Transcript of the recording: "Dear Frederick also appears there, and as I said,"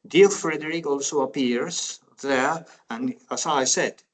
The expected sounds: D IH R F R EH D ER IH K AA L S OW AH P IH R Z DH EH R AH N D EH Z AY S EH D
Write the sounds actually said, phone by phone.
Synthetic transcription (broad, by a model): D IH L F R EH D ER IH K AA L S OW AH P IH R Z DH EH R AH N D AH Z AY S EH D